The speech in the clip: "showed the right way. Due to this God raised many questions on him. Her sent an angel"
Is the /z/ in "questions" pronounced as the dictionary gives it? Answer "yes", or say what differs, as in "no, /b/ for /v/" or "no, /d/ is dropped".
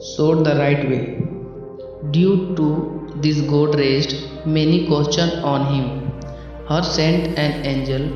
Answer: no, /z/ is dropped